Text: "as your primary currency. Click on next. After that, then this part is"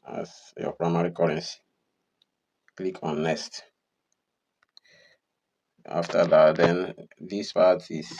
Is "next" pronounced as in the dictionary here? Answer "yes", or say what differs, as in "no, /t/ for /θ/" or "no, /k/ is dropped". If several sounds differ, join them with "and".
no, /k/ is dropped